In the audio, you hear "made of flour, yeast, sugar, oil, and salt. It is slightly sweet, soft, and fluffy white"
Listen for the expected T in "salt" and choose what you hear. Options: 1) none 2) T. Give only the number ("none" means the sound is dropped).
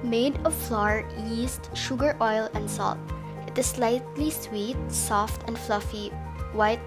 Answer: 2